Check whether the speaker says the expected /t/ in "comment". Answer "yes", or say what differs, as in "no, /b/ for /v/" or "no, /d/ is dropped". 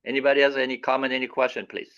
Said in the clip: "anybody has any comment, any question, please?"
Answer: no, /t/ is dropped